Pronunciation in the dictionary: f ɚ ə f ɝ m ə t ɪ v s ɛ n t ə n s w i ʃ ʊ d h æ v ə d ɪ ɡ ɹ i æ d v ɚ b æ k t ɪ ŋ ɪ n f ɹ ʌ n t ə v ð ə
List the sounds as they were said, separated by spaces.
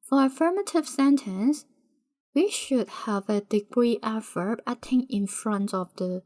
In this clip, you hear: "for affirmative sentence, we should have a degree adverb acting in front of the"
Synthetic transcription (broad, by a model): f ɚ ə f ɝ m ə t ɪ v s ɛ n t ə n s w i ʃ ʊ d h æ v ə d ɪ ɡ ɹ i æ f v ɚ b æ t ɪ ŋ ɪ n f ɹ ʌ n t ə v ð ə